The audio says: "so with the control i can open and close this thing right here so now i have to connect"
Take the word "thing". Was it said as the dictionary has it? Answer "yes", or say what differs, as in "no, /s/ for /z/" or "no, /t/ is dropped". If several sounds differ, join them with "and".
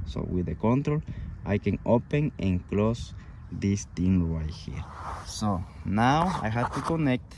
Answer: no, /t/ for /θ/